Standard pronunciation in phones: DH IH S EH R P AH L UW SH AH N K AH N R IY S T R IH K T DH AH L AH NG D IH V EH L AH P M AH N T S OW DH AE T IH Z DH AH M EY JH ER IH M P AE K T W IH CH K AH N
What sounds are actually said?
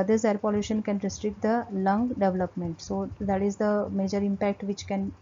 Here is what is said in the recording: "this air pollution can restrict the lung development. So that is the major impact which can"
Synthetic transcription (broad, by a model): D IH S EH R P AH L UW SH AH N K AH N R IY S T R IH K T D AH L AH NG D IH V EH L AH P M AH N T S OW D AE T IH Z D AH M EY JH ER IH M P AE K T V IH CH K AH N